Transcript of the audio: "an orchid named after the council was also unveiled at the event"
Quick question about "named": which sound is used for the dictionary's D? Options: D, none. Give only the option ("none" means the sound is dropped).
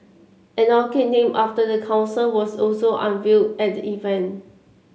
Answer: none